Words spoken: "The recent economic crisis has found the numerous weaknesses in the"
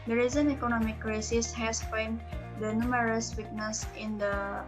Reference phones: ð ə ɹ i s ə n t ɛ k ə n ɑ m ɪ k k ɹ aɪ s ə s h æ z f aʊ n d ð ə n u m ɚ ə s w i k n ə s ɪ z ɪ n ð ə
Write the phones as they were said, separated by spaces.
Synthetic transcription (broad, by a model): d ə ɹ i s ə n ɛ k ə n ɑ m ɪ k k ɹ aɪ s ə s h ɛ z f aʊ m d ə n u m ɚ ə s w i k n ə s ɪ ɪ n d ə